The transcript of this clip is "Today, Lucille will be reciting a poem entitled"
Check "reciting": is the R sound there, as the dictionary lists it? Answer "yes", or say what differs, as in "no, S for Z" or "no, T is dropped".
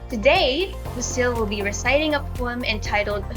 yes